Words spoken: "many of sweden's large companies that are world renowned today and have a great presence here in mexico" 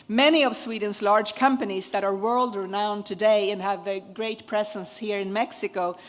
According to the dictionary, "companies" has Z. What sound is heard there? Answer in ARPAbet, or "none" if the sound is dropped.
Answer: Z